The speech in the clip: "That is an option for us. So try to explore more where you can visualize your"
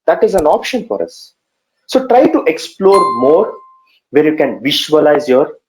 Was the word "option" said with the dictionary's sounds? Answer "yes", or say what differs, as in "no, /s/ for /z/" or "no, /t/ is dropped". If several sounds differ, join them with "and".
yes